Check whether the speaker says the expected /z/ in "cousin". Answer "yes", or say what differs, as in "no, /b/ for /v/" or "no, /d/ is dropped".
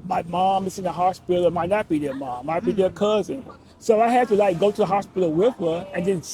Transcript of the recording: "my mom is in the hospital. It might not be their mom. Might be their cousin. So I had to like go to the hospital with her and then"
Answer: yes